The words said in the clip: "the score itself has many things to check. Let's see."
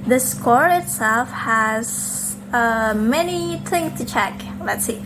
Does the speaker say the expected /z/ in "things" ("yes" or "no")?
no